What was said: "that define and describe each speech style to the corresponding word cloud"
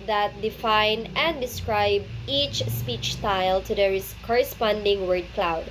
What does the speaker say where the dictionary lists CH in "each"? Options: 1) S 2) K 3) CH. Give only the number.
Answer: 3